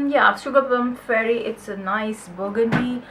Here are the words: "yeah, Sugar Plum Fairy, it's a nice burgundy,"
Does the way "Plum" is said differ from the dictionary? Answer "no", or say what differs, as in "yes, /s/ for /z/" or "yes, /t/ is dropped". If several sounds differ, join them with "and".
yes, /l/ is dropped